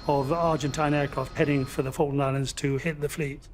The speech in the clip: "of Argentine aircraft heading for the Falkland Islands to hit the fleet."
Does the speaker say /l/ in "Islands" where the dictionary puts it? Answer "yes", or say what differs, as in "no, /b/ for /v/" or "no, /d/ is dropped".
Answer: yes